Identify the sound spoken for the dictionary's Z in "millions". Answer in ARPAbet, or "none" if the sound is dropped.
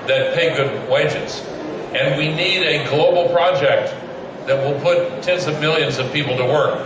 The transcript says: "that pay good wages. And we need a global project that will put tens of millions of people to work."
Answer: Z